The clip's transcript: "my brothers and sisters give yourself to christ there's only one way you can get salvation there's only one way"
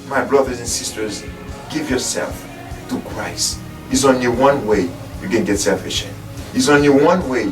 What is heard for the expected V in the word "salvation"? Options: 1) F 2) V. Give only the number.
1